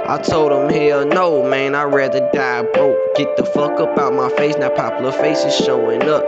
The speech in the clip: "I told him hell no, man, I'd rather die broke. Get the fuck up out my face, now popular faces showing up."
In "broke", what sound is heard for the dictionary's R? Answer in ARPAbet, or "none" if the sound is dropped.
none